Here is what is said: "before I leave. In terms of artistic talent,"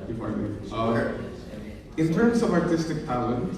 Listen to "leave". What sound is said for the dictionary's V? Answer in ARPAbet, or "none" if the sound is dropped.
none